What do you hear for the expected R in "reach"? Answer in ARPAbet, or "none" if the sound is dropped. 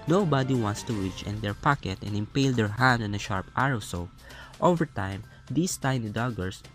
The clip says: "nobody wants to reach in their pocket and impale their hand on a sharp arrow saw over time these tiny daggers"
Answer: W